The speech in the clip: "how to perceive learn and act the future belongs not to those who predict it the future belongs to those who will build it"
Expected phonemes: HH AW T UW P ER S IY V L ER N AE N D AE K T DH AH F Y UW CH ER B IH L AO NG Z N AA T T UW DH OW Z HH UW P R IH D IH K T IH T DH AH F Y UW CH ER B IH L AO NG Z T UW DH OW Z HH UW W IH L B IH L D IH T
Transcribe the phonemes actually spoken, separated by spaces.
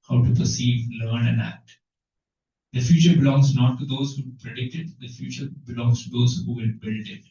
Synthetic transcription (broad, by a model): HH AW T UW P ER S IY V L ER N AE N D AE K T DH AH F Y UW CH ER B IH L AO NG Z N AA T T UW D OW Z HH UW P R IH D IH K T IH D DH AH F Y UW CH ER B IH L AO NG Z T UW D OW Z HH UW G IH N B IH L D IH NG